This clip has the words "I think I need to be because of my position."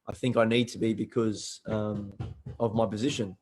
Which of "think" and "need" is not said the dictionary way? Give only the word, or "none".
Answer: none